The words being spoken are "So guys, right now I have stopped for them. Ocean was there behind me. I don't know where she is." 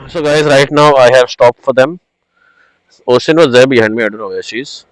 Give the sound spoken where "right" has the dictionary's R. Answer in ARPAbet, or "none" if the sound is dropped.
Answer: R